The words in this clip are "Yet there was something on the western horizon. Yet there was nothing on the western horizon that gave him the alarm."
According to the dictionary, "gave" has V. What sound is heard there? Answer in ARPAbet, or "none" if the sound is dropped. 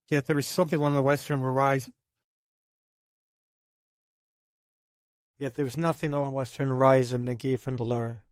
F